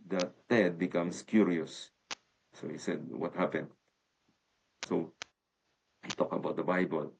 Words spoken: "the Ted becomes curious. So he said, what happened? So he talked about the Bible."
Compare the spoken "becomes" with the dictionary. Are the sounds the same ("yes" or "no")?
no